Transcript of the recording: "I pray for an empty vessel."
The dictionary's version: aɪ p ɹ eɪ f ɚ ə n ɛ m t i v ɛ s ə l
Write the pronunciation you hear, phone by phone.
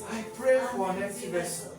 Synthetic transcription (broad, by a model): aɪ p ɹ eɪ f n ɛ t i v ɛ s